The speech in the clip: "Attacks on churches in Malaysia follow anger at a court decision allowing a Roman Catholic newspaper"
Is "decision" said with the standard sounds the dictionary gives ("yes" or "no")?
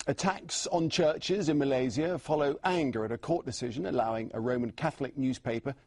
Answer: yes